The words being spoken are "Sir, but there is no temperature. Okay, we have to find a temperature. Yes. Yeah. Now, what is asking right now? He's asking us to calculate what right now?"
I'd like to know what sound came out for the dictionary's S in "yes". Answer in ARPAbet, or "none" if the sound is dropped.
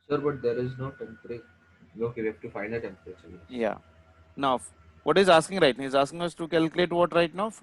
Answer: none